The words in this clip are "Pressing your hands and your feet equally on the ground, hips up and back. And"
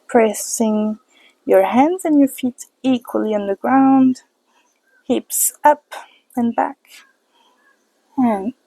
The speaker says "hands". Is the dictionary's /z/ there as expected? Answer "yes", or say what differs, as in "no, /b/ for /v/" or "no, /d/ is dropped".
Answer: yes